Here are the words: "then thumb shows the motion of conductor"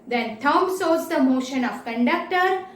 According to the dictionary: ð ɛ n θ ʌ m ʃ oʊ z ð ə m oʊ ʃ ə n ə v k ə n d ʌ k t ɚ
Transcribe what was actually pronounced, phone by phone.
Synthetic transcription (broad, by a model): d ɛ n t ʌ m s oʊ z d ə m oʊ ʃ ə n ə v k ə n d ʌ k t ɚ